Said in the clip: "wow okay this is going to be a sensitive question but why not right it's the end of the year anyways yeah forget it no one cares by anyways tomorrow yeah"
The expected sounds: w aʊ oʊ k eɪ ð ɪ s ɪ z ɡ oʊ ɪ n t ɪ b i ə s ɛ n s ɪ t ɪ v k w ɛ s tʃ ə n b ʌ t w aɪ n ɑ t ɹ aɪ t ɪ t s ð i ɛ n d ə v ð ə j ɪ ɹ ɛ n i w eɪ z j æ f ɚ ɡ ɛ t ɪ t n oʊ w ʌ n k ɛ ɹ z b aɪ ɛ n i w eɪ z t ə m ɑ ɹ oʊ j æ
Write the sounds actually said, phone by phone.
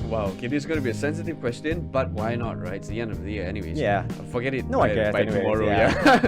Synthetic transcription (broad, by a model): w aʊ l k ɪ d ɪ z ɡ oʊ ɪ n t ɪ b i ə s ɛ n s ɪ t ɪ v k w ɛ s tʃ ə n b ʌ t w aɪ n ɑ t ɹ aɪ ɪ t s ð i ɛ n d ə v ð ə j ɪ ɹ ɛ n i w eɪ z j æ f ɚ ɡ ɛ t ɪ t n oʊ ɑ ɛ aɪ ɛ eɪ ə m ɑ ɹ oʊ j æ